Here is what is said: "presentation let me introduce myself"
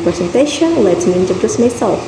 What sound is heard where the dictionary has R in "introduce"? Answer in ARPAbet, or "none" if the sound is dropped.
none